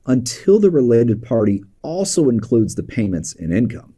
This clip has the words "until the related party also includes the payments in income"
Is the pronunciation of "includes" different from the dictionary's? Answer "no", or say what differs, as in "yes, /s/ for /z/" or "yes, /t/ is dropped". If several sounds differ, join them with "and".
no